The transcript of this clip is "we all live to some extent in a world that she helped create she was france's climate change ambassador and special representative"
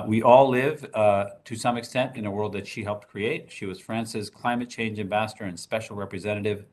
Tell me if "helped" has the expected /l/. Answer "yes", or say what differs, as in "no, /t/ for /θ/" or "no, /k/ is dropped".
yes